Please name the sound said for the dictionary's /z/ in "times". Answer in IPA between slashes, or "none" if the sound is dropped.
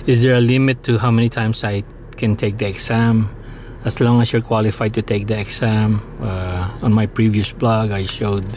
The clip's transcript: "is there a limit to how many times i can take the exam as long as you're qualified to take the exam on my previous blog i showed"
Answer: /s/